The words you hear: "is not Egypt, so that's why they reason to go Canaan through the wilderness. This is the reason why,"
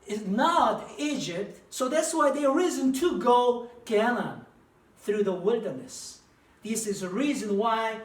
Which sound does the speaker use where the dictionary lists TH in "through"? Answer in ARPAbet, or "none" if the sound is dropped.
TH